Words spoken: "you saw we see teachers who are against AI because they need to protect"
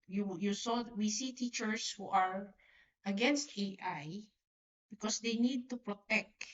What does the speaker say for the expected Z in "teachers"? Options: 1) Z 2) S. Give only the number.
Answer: 2